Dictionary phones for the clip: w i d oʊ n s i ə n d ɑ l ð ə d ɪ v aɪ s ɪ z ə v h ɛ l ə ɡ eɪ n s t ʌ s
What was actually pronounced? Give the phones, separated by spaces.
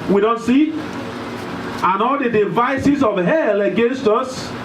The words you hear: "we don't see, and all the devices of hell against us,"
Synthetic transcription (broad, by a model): w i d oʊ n s i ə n ɑ l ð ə d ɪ v aɪ s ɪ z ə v h ɛ l ə ɡ eɪ n s t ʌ s